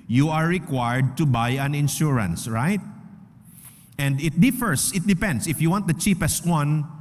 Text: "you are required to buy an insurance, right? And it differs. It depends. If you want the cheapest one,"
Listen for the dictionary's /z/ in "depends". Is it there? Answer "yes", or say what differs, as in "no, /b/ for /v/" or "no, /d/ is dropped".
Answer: no, /s/ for /z/